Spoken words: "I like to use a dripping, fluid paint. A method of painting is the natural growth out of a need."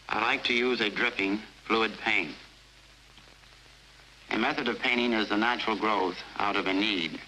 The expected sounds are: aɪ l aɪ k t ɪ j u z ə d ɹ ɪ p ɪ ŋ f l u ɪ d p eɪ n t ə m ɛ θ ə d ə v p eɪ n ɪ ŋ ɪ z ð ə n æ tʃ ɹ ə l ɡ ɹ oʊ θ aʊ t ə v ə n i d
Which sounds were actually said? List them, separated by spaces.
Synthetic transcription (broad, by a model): aɪ l aɪ k t ɪ j u z ə d ɹ ɪ p ɪ ŋ f l u ɪ d p eɪ n t ə m ɛ θ ə d ə v p eɪ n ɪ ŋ ɪ z ð ə n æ tʃ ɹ l ɡ ɹ oʊ θ aʊ t ə v ə n i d